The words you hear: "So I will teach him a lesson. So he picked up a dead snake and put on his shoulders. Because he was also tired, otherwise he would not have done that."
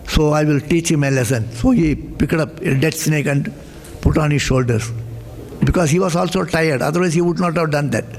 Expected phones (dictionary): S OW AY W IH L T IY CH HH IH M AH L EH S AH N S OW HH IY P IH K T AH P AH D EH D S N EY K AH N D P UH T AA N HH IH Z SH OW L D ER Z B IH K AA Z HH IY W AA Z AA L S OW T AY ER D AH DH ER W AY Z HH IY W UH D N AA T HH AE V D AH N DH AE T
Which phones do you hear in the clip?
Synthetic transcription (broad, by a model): S OW AY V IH L T IY CH HH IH M AH L EH S AH N S OW HH IY P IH K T AH P AH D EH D S N EY K AH N D P UH T AA N HH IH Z SH OW L D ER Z B IH K AA Z HH IY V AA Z AA L S OW T AY ER D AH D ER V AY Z HH IY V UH D N AA T HH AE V D AH N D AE T